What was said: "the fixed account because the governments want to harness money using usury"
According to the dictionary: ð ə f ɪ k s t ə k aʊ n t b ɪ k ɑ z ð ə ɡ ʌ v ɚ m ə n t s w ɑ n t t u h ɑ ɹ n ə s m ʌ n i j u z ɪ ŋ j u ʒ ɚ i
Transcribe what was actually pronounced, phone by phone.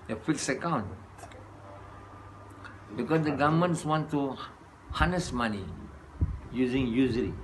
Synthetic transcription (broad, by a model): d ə f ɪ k s ə k aʊ n t b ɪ k ɑ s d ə ɡ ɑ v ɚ m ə n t s w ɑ n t t u h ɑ n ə s m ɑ n i j u z ɪ ŋ j u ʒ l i